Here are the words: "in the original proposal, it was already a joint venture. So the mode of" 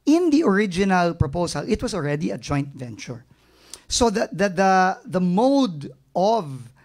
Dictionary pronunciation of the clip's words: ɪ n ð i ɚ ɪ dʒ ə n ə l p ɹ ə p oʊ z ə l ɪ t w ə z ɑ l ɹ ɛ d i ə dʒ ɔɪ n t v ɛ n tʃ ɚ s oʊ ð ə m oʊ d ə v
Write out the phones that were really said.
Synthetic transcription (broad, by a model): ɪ n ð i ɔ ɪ dʒ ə n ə l p ɹ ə p oʊ s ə l ɪ t w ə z ɑ l ɹ ɛ d i ə dʒ ɔɪ n t v ɛ n tʃ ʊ s oʊ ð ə m oʊ d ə v